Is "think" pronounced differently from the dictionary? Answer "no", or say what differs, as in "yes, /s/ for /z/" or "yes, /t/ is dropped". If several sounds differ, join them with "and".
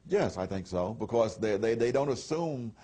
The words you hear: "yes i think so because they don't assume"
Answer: no